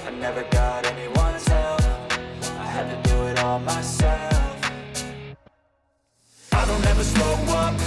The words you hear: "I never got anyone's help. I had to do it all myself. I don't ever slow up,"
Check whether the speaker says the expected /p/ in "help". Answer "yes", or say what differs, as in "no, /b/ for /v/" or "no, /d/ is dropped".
no, /f/ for /p/